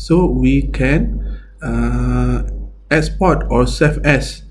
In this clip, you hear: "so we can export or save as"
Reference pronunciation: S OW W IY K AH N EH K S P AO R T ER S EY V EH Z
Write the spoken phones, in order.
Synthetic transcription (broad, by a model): S OW W IY K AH N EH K S P AO T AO S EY F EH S